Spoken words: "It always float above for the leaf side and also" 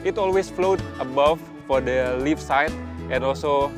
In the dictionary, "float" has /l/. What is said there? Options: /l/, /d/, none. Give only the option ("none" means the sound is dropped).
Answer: /l/